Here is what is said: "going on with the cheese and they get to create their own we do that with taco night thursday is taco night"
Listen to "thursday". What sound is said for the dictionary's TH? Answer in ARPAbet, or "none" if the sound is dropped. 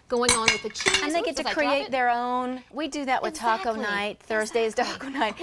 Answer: TH